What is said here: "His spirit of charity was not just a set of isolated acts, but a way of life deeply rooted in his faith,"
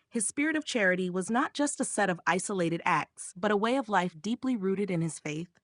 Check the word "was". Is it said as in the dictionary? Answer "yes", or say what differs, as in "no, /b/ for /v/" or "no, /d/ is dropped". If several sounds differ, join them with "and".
yes